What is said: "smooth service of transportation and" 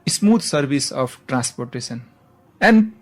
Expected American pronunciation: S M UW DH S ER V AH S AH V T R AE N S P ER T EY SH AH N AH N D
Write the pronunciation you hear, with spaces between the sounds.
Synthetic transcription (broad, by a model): S M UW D S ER B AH S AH P T R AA N S P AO T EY S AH N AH N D